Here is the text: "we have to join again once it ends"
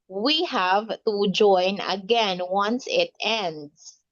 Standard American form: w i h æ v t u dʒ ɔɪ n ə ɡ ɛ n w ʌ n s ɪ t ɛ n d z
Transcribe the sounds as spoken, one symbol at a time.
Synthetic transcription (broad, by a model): w i h æ v t u dʒ ɔɪ n ə ɡ ɛ n w ʌ n s ɪ t ɛ n d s